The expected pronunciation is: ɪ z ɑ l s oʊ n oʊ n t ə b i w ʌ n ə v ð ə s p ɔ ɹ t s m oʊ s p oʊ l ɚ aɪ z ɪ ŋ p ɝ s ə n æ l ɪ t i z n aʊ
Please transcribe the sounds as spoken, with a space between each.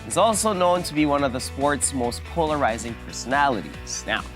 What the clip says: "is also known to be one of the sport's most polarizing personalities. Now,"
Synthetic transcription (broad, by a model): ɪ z ɑ l s oʊ n oʊ n t ə b i w ʌ n ə v ð ə s p ɔ ɹ t s m oʊ s p oʊ l ɚ aɪ z ɪ ŋ p ɝ s ə n æ l ɪ t i z n aʊ